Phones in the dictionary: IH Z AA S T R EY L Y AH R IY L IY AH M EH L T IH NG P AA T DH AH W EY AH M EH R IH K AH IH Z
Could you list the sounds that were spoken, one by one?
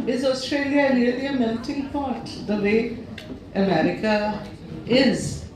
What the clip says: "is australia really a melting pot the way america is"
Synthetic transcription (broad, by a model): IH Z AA S T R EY L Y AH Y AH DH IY AH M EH N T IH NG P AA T DH AH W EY AH M EH R IH K AH IH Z